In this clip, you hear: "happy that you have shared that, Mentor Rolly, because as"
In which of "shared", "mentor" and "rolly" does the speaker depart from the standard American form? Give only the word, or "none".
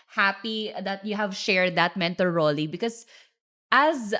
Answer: mentor